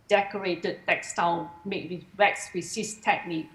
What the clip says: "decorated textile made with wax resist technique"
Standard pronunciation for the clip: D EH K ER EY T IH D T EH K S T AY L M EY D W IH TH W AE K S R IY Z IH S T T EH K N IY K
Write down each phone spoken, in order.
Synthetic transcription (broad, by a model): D EH K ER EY T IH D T EH K S T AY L M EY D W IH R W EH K S W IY S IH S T T EH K N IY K